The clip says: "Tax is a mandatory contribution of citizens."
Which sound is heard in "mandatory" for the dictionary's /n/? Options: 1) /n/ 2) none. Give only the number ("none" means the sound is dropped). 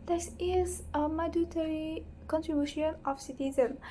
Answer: 2